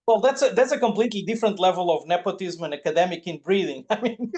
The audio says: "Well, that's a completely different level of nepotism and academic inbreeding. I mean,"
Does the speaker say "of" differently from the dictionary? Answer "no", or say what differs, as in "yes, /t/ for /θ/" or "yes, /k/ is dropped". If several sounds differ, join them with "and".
no